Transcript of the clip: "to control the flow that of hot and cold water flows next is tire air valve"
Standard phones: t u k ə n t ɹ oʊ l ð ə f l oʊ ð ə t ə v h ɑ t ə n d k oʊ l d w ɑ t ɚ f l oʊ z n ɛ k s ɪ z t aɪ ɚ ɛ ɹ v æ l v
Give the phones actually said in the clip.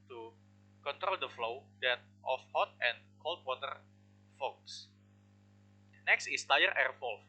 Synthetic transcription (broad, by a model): t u k ə n t ɹ oʊ l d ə f l oʊ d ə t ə f h ɑ t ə n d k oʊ l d w ɑ t ɚ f oʊ s n ɛ k s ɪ s t aɪ ɚ ɛ ɹ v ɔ l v